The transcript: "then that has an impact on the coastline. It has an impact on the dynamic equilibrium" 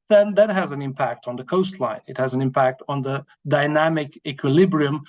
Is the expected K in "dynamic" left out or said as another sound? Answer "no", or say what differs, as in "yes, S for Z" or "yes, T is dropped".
no